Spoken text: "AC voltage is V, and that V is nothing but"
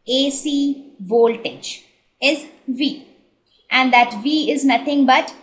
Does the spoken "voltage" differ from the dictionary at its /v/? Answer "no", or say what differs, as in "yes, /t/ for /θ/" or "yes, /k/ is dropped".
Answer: no